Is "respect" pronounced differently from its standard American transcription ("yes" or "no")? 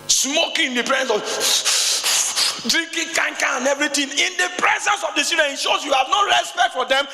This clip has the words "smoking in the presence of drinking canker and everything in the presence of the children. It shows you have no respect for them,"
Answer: no